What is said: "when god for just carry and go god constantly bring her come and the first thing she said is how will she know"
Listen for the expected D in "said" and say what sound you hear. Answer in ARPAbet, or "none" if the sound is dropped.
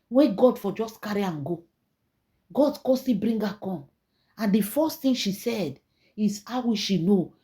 D